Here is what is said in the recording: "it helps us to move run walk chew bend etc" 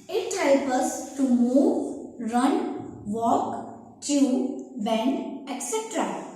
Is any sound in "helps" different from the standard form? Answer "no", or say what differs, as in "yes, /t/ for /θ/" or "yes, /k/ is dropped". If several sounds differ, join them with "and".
yes, /s/ is dropped